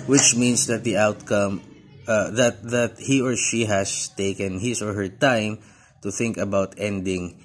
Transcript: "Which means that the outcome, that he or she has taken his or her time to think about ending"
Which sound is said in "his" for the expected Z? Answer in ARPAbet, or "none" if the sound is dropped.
S